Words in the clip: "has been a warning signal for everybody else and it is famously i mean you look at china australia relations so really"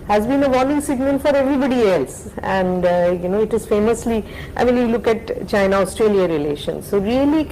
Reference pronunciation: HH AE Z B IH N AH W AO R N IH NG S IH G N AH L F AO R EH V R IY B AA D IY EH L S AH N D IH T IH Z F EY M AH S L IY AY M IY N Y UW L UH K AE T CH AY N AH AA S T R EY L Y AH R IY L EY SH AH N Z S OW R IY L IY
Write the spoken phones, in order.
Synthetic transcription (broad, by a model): HH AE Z B IH N AH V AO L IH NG S IH G N AH L F AO R EH V R IY B AA D IY EH L S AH N D IH T IH Z F EY M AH S L IY AY M IY N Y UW L UH K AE T CH AY N AH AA S T R EY L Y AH R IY L EY SH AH N S OW R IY L IY